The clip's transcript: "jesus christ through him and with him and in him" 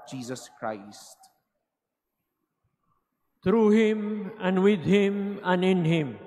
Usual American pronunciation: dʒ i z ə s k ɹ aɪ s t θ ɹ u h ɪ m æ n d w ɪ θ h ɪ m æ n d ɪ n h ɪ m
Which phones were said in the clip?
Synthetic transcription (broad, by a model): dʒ i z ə s k ɹ aɪ s t t ɹ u h ɪ m æ n d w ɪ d h ɪ m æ n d ɪ n h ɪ m